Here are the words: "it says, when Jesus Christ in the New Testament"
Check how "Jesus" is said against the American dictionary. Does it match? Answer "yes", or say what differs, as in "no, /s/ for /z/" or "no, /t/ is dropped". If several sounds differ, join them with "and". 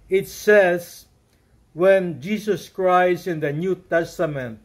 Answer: no, /s/ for /z/